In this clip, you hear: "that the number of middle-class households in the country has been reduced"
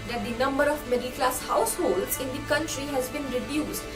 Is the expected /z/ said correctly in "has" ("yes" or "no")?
yes